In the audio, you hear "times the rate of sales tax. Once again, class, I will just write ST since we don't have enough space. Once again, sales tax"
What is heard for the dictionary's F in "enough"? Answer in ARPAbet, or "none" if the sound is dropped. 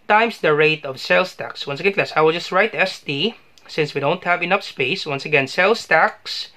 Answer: P